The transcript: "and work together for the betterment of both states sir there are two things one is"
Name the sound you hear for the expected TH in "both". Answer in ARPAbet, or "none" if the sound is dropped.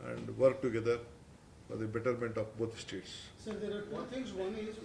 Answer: T